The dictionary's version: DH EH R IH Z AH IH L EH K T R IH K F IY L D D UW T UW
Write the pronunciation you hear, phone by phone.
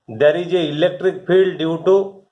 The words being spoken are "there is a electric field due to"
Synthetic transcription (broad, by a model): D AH R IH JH AH IH L EH K T R IH K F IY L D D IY T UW